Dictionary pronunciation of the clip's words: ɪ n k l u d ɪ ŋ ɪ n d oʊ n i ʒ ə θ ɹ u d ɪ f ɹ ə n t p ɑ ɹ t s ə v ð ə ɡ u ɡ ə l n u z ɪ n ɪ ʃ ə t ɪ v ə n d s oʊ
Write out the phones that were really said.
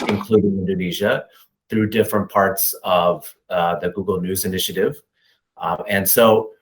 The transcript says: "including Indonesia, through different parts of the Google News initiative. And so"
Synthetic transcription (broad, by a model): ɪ n k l u d ɪ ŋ ɪ n d oʊ n i ʒ ə θ ɹ u d ɪ f ɹ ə n p ɑ ɹ t s ə v ð ə ɡ u ɡ l n u z ɪ n ɪ ʃ ə t ɪ v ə n s oʊ